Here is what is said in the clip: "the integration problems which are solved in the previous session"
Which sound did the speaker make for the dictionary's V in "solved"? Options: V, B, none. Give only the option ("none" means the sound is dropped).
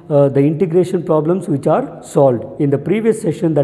V